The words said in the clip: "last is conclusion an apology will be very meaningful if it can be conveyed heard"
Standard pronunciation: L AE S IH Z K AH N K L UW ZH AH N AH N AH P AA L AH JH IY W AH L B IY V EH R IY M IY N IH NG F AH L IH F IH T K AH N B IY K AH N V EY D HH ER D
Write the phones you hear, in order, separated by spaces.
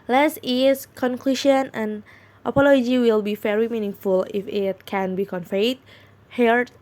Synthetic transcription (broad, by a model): L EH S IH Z K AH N K L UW SH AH N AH N AH P AA L AH JH IY W AH L B IY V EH R IY M IY N IH NG F AH L IH F IH T K AH N B IY K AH N F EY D HH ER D